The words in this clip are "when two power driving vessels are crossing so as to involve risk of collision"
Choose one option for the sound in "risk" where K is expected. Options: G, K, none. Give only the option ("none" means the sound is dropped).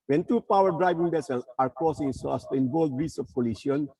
none